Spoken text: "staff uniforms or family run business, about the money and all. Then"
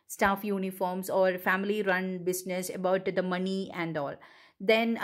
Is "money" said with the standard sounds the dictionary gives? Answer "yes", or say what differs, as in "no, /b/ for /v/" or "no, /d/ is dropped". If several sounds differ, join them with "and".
yes